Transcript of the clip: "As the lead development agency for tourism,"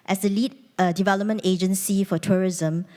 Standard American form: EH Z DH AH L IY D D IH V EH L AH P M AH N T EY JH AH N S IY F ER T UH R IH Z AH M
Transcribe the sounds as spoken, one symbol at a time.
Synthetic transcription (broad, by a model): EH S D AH L IY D D IH V EH L AH P M AH N T EY JH AH N S IY F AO T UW R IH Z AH M